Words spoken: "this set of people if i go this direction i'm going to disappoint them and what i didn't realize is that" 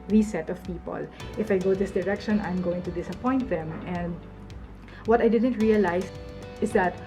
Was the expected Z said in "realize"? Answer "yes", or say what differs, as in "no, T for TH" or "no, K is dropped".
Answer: no, S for Z